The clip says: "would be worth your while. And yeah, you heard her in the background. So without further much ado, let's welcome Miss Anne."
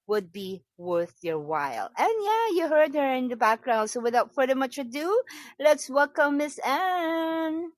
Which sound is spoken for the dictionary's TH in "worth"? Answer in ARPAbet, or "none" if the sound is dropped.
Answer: TH